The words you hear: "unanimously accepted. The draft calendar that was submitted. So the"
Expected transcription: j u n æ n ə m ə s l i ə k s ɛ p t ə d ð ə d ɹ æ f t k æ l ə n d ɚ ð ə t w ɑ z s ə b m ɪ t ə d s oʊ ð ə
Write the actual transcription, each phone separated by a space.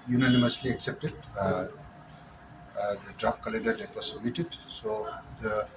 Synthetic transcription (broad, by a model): j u n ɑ n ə m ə s l i ə k s ɛ p t ə d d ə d ɹ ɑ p k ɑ l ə n d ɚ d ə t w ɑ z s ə m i t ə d s oʊ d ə